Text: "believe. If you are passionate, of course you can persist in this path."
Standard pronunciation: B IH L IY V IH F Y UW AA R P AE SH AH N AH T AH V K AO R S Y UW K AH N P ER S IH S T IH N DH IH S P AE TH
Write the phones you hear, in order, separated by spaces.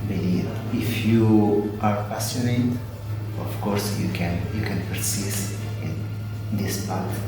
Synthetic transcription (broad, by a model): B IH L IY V IH F Y UW AA R P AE S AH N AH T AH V K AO R S Y UW K AH N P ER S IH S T IH N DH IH S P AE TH